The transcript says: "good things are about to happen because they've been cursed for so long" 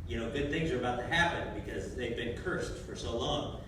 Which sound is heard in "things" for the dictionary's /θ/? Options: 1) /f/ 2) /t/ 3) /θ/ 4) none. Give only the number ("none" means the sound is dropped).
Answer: 3